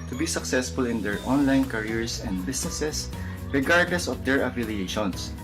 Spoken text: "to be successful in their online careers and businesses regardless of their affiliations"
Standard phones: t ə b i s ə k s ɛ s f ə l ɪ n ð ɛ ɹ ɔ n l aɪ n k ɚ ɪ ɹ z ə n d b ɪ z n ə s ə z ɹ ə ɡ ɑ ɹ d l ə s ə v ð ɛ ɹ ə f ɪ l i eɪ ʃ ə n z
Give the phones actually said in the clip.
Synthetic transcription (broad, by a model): t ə b i s ə k s ɛ s f ə l ɪ n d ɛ ɹ ɔ n l aɪ n k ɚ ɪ ɹ s ə n d b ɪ s n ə s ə s ɹ ə ɡ ɑ ɹ d l ə s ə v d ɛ ɹ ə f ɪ l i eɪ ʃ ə n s